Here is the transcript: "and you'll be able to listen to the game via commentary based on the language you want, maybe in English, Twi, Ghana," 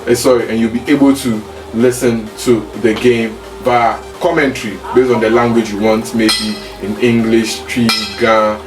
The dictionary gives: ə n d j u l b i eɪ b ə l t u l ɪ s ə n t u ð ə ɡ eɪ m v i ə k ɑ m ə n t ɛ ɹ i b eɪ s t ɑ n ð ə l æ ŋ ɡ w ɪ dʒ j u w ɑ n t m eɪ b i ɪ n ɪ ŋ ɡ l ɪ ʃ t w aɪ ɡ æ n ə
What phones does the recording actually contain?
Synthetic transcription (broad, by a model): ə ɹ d j u l b i eɪ b ə l t u l ɪ s ə n t u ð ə ɡ eɪ m b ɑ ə k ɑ m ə n t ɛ ɹ i b eɪ s t ɑ n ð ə l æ ŋ ɡ w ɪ dʒ j u w ɑ n t m eɪ b i ɪ n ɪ ŋ ɡ l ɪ ʃ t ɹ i ɡ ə